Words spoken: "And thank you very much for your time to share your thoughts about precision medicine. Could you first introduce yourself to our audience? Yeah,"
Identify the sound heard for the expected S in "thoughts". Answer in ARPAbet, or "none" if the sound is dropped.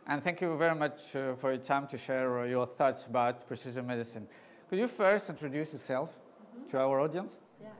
S